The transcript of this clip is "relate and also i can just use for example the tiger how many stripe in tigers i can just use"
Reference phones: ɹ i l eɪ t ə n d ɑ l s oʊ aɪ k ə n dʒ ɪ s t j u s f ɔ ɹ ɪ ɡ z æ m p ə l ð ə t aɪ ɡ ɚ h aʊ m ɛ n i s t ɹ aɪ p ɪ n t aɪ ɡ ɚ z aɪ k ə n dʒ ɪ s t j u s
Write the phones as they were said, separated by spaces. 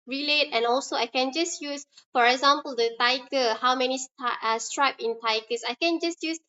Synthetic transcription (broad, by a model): ɹ i l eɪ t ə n ɑ l s oʊ aɪ k ə n dʒ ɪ s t j u s f ɔ ɹ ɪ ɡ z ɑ m p ə l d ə t aɪ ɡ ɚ h aʊ m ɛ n i s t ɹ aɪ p ɪ n t aɪ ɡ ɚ s aɪ k ə n dʒ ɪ s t j u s